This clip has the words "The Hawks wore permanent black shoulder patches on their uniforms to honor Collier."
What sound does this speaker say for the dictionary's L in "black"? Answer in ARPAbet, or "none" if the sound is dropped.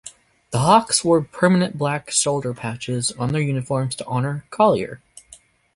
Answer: L